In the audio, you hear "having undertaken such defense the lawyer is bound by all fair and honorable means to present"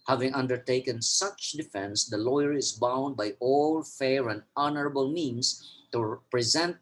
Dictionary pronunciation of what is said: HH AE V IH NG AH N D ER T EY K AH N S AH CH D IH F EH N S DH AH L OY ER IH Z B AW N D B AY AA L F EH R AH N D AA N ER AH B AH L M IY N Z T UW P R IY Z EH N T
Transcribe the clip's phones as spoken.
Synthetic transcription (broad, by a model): HH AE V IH NG AH N D ER T EY K AH N S AH CH D IH F EH N S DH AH L OY ER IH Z B AW N D B AY AA L F EH R AH N D AA N ER AH B AH L M IY N S T UW P R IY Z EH N T